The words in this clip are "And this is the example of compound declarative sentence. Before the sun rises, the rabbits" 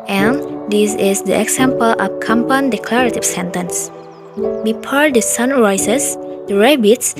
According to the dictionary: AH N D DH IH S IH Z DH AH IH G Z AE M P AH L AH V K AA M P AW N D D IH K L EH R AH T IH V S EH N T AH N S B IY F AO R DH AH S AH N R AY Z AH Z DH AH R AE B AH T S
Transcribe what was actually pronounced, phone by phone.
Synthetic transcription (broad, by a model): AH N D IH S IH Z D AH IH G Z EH M P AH L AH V K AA M P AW N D D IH K L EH R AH T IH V S EH N T AH N S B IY P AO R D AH S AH N R AY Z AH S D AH R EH B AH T S